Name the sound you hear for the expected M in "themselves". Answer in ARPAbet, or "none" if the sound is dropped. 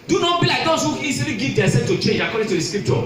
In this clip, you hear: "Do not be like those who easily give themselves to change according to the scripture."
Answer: none